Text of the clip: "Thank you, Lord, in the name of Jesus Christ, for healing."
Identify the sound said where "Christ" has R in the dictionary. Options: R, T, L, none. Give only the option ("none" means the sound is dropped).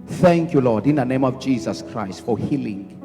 R